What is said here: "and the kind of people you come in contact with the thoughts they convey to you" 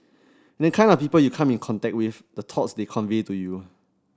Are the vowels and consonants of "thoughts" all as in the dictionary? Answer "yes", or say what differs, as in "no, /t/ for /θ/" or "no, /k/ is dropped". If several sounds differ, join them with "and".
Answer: no, /t/ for /θ/